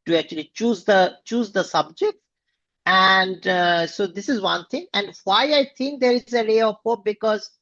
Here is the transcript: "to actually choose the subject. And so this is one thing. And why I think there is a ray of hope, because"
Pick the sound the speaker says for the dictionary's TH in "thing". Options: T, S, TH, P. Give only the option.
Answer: T